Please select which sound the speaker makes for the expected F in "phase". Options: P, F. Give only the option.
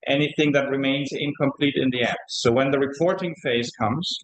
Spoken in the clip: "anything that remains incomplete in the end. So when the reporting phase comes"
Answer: F